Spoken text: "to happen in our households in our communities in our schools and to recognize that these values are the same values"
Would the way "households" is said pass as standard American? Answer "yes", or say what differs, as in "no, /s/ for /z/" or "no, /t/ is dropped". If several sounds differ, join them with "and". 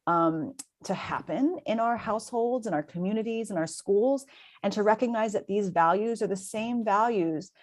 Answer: yes